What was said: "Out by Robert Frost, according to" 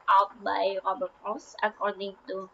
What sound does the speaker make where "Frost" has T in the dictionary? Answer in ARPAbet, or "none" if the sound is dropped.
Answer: none